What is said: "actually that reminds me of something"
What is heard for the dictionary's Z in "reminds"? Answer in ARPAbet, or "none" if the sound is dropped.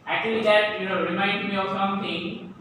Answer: none